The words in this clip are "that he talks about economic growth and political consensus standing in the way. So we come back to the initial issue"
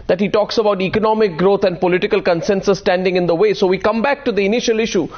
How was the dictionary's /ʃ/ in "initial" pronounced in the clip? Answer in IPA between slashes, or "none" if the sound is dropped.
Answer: /ʃ/